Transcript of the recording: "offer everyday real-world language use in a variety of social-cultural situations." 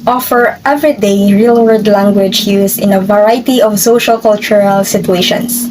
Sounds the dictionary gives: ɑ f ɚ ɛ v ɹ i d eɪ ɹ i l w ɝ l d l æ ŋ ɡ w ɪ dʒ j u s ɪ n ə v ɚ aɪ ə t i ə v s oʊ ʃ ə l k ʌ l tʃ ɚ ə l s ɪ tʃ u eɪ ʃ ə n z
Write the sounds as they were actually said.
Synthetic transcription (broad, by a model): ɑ f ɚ ɛ v ɹ i d eɪ ɹ i l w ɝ d l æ ŋ ɡ w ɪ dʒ j u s ɪ n ə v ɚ aɪ t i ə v s oʊ ʃ ə l k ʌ l tʃ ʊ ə l s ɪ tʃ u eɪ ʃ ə n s